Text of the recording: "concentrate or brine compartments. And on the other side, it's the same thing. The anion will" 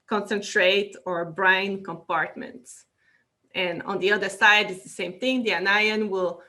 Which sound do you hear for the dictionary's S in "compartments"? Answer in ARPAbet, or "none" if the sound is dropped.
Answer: S